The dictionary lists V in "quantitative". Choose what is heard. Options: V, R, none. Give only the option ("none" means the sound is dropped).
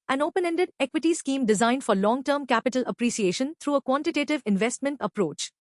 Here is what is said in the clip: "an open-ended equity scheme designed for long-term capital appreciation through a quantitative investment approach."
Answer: V